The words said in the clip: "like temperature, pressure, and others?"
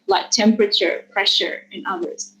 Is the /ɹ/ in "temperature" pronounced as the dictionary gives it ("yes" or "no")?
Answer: yes